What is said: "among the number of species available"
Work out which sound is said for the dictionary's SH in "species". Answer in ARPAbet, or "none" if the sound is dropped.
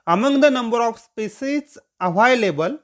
S